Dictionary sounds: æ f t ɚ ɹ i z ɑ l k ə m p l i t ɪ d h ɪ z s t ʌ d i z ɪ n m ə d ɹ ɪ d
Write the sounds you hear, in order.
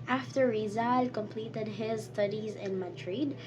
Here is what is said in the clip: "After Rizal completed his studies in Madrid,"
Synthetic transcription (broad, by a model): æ f t ɚ ɹ i z ɑ l k ə m p l i t ɪ d h ɪ z s t ʌ d i z ɪ n m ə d ɹ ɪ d